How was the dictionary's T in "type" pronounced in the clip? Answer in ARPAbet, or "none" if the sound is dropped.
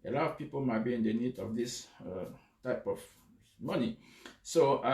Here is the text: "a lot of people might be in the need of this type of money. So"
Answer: T